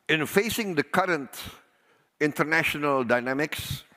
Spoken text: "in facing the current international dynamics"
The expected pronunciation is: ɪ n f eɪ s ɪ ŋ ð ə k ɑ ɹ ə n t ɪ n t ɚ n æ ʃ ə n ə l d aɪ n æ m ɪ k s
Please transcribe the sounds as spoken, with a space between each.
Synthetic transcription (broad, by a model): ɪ n f eɪ s ɪ ŋ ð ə k ɑ ɹ ə n t ɪ n t ɚ n æ ʃ ə n ə l d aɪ n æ m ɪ k s